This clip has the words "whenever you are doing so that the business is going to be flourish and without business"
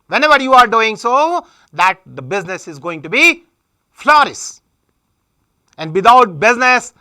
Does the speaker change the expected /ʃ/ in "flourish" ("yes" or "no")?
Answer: yes